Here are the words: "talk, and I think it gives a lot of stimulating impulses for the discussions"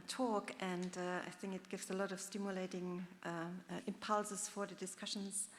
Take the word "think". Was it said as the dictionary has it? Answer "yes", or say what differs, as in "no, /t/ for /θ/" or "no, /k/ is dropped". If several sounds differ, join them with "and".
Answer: yes